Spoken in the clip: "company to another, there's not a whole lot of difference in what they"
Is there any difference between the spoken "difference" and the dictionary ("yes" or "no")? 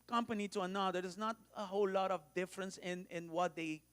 no